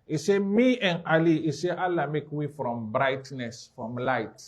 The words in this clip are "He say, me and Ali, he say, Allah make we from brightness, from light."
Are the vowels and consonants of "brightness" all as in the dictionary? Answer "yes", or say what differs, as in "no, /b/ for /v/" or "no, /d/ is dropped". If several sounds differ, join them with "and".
yes